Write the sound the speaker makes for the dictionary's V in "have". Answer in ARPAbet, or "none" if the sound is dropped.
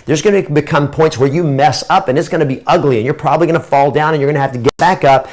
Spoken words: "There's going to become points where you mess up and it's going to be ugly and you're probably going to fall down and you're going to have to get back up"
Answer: F